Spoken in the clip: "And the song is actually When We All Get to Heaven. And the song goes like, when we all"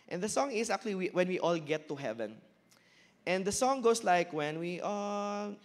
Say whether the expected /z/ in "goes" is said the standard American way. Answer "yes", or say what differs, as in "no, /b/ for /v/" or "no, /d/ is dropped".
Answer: no, /s/ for /z/